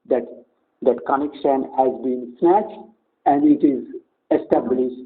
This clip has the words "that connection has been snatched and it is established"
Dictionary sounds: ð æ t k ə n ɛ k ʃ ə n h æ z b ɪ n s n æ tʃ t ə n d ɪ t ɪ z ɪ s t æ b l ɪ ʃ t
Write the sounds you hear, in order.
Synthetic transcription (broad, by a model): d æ t k ə n ɛ k ʃ ə n h æ z b ɪ n s n æ tʃ t ə n d ɪ t ɪ z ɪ s t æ b l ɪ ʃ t